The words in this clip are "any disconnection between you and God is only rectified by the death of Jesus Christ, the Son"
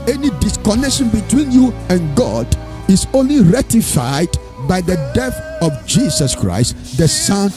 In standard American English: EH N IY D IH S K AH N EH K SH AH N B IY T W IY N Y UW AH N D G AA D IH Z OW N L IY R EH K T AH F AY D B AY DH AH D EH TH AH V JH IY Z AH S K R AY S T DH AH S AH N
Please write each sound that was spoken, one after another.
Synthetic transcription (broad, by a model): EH N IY D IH S K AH N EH K SH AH N B IY T W IY N Y UW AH N G AA D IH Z OW N L IY R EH T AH F AY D B AY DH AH D EH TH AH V JH IY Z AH S K R AY S T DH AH S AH N